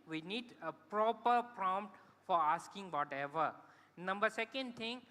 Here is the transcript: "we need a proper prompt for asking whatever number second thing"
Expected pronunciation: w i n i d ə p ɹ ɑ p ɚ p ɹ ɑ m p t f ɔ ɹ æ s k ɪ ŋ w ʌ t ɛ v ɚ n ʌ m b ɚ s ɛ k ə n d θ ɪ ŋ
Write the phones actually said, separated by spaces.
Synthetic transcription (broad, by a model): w i n i d ə p ɹ ɑ p ɚ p ɹ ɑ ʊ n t f ɔ ɹ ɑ s k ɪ ŋ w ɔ t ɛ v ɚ n ʌ m b ɚ s ɛ k ə n d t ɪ ŋ